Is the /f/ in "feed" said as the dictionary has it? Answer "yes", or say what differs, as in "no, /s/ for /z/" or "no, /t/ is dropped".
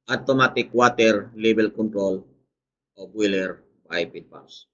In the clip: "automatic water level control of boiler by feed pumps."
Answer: no, /p/ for /f/